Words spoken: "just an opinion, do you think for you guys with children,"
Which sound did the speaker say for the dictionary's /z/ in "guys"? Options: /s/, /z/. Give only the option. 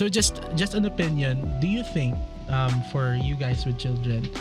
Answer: /s/